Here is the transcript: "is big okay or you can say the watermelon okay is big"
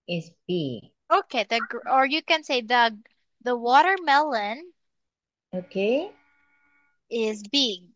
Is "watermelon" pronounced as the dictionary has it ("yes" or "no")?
yes